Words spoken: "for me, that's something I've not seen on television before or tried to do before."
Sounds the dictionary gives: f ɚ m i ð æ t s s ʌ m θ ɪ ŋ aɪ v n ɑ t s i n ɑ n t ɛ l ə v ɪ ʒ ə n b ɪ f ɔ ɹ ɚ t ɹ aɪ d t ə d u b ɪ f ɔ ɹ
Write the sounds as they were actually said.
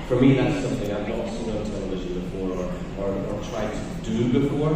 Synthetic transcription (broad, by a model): f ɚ m i ð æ t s s ʌ m θ ɪ ŋ aɪ v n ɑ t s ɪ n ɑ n t ɛ l ə v ɪ ʒ ə n b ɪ f ɔ ɹ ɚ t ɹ aɪ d t ə d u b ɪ f ɔ ɹ